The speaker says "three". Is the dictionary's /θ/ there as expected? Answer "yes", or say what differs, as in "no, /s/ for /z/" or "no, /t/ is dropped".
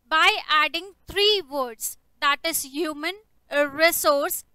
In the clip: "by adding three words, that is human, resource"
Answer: no, /t/ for /θ/